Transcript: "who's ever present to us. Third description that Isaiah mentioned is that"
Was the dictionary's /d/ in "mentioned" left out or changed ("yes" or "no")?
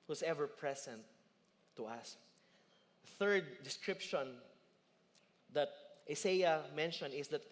yes